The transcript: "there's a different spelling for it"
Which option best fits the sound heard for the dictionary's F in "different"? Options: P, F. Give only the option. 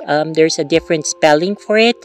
F